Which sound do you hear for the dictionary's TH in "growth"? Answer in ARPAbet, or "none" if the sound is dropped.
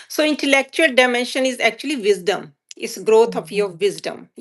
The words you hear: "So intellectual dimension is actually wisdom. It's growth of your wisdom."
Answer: T